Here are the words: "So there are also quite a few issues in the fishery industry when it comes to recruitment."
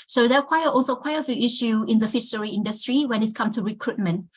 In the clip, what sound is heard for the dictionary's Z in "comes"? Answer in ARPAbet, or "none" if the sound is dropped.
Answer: none